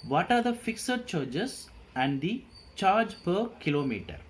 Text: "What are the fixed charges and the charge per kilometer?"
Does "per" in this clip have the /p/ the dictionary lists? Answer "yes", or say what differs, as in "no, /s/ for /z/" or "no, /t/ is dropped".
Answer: yes